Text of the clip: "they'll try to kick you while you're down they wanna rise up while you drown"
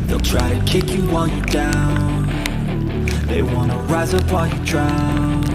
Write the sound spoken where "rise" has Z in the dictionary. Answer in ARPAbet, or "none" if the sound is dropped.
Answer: Z